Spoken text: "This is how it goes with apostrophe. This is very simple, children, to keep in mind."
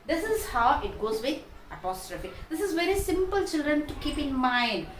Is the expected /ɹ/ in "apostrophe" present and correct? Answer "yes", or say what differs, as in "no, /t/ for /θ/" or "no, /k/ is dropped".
yes